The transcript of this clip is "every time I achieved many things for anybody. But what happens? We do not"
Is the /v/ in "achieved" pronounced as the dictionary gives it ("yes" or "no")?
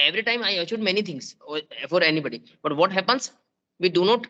no